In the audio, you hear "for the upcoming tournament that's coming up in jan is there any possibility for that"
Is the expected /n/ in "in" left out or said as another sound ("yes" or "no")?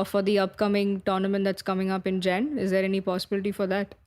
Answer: no